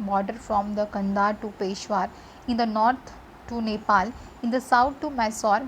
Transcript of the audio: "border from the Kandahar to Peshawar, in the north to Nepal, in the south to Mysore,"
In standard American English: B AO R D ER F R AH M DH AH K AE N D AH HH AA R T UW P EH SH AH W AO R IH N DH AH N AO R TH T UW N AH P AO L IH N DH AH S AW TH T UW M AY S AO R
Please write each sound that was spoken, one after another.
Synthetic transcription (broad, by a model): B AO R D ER F R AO M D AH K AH N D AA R T UW P EH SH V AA R IH N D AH N AO R T T UW N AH P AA L IH N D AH S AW T T UW M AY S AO R